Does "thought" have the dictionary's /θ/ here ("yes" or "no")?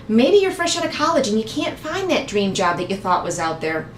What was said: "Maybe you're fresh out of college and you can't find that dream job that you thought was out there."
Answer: yes